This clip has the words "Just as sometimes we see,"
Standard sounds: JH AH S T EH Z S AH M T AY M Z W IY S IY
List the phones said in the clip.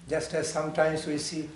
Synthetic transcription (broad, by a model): JH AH S T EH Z S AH M T AY M S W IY S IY